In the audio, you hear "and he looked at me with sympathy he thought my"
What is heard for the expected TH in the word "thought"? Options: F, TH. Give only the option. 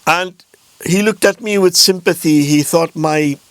TH